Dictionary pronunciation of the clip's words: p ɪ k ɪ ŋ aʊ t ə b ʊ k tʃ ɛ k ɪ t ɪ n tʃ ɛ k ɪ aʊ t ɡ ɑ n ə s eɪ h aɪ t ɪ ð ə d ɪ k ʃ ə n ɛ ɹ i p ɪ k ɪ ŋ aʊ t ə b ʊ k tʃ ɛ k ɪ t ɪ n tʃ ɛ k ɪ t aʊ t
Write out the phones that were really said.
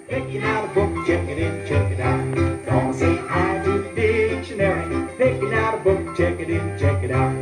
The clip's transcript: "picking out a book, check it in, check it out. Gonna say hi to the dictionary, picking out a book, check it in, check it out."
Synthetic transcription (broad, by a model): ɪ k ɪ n aʊ t ə b ʊ k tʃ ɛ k ɪ t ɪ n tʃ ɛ k ɪ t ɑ ə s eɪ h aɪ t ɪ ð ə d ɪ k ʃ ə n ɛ ɹ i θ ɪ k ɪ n aʊ t ə b ʊ k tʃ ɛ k ɪ t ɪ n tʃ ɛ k ɪ t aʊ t